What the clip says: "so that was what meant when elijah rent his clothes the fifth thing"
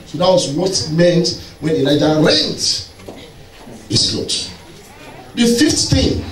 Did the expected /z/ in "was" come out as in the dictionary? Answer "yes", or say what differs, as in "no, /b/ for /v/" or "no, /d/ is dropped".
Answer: no, /s/ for /z/